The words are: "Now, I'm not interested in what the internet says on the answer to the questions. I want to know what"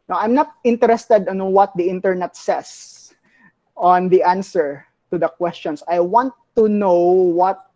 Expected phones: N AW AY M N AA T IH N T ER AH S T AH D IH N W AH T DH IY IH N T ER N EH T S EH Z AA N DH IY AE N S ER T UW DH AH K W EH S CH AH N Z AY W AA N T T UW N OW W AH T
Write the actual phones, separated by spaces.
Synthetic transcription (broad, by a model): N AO AY M N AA T IH N T ER AH S T AH D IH N W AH T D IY IH N T ER N EH T S EH S AA N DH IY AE N S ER T UW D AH K W EH S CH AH N S AY W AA N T T UW N OW W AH T